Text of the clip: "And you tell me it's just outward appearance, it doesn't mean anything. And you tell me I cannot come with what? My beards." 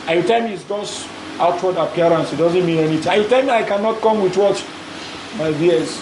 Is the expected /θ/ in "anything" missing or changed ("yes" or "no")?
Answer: yes